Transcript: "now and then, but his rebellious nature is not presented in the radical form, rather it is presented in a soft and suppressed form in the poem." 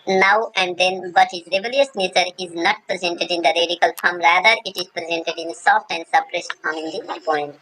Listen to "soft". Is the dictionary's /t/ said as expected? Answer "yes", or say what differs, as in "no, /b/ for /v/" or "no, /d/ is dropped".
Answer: yes